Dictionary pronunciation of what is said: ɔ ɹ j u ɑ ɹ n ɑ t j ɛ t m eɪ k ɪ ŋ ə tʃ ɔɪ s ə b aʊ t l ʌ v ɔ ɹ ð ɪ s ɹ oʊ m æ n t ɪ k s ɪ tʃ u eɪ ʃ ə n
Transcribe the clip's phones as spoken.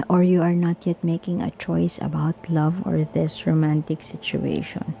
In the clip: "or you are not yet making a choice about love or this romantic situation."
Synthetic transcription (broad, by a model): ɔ ɹ j u ɑ ɹ n ɑ t j ɛ t m eɪ k ɪ ŋ ə tʃ ɔɪ s ə b aʊ t l ʌ v ɔ ɹ ð ɪ s ɹ oʊ m æ n t ɪ k s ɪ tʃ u eɪ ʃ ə n